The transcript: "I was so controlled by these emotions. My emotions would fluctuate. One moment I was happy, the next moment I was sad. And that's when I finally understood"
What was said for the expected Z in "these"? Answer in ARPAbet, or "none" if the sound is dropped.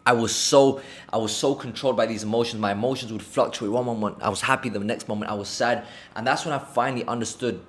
Z